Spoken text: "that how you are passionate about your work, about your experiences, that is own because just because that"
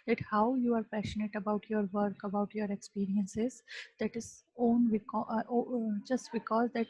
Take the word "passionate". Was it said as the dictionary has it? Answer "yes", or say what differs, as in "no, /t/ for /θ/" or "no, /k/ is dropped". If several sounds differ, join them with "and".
yes